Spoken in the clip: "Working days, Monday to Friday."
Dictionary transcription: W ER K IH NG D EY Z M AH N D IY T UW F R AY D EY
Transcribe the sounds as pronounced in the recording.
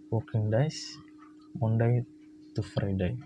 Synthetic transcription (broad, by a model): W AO K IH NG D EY S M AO N D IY T UW F R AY D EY